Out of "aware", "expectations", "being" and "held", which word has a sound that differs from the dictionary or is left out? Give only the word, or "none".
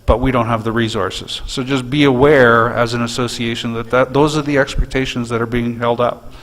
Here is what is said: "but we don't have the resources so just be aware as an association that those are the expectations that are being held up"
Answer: none